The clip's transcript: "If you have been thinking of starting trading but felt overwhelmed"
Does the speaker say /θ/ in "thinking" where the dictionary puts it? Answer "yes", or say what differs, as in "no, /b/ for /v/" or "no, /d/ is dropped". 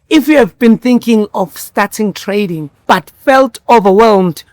yes